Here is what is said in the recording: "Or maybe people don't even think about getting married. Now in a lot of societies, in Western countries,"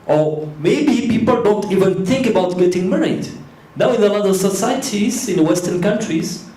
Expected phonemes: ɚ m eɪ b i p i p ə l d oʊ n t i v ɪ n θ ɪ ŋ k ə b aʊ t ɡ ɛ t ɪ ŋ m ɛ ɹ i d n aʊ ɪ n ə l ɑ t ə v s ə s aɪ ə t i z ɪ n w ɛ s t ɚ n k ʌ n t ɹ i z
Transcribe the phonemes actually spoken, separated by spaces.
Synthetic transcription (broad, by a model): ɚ m eɪ b i p i p ə l d oʊ n t i v ɪ n θ ɪ ŋ k ə b aʊ t ɡ ɛ t ɪ ŋ m ɛ ɹ i d n aʊ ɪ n ə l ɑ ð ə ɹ s ə s aɪ ə t i z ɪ n w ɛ s t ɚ n k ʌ n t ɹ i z